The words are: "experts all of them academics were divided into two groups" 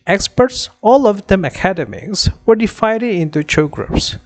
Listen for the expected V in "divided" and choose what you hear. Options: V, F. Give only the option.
F